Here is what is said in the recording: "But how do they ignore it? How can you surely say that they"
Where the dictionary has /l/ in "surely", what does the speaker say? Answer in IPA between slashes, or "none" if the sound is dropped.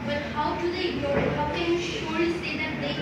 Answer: none